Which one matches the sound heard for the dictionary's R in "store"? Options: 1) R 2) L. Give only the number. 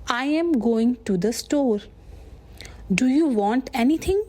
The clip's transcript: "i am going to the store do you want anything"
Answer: 1